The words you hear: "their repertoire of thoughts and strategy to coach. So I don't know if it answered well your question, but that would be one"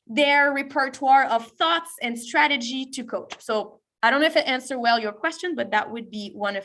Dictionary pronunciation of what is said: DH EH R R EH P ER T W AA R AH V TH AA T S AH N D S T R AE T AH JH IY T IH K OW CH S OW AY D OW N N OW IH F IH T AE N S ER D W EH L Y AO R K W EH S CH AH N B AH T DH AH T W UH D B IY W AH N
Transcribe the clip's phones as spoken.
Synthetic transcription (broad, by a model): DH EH R R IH P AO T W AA R AH V TH AA T S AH N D S T R AE T AH JH IY T IH K OW CH S OW AY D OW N N OW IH F IH T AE N S ER W EH L Y AO R K W EH S CH AH N B AH T DH AH T W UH D B IY W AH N